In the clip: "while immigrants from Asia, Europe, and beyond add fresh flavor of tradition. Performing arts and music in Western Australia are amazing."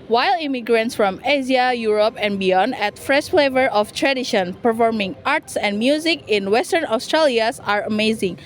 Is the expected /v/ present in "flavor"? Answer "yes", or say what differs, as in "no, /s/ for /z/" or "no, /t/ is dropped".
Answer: yes